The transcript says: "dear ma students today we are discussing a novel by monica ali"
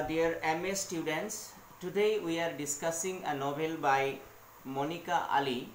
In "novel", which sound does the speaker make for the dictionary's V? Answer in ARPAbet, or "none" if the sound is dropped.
B